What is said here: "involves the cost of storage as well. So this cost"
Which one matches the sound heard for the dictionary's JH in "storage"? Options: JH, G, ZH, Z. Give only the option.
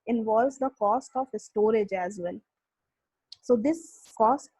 JH